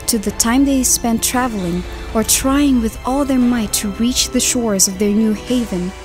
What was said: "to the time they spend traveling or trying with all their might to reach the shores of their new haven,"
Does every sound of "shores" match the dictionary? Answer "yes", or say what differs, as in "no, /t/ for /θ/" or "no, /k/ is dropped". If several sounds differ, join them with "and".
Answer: yes